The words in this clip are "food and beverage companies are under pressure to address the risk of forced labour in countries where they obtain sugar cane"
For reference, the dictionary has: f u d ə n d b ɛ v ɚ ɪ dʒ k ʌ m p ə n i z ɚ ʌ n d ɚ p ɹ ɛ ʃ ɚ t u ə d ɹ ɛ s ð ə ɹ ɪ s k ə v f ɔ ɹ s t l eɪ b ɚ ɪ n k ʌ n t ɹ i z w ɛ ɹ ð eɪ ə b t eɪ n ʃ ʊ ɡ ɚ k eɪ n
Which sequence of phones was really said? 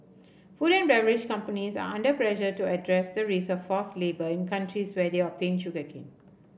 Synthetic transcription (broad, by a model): f u d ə n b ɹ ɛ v ɚ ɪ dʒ k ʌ m p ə n i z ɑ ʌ n d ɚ p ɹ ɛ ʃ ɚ t u ə d ɹ ɛ s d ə ɹ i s ə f ɔ s l eɪ b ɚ ɪ n k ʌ n t ɹ i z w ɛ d eɪ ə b t eɪ n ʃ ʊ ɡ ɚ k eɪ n